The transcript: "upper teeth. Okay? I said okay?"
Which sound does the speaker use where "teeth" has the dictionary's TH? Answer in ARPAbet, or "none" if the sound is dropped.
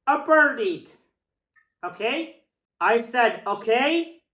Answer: T